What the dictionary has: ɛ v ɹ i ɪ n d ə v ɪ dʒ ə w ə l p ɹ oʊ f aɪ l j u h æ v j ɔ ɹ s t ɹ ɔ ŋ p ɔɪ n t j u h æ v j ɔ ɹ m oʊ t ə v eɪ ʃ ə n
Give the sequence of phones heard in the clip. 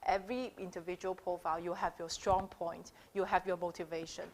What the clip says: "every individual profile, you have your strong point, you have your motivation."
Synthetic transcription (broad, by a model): ɛ v ɹ i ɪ n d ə v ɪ dʒ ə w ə l p ɹ oʊ f aɪ l j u h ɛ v j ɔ s t ɹ ɔ ŋ p ɔɪ n t j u h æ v j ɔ m oʊ t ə v eɪ ʃ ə n